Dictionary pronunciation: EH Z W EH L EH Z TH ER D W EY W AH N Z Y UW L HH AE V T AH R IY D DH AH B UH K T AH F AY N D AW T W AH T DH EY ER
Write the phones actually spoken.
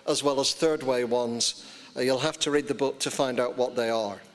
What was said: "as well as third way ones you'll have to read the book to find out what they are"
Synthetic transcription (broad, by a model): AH Z W EH L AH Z TH ER D W EY W AH N Z Y UW L HH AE F T AH R IY D DH AH B UH K T AH F AY N D AW T W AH T DH EY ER